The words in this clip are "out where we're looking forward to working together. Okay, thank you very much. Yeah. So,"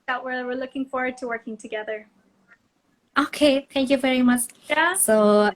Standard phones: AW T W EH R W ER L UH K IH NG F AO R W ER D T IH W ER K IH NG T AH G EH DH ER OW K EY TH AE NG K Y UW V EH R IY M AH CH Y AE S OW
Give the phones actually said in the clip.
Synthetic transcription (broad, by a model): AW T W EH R W ER L UH K IH NG F AO R W ER D T IH W ER K IH NG T AH G EH DH ER OW K EY TH AE NG K Y UW V EH R IY M AH CH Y S OW